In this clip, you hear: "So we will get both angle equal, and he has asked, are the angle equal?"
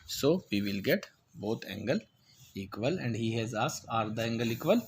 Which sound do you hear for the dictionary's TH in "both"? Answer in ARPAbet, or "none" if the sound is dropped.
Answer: T